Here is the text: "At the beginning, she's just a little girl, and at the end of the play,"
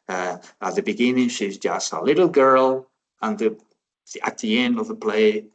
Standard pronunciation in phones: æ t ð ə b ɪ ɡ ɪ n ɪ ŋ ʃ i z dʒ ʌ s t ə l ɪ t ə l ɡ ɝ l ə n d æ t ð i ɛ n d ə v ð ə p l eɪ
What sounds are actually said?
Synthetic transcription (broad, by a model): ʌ t ð ə b ɪ ɡ ɪ n ɪ ŋ ʃ i z dʒ ʌ s t ə l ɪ t l ɡ ɝ l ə n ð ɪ t ð i ɛ n d ə v ð ə p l eɪ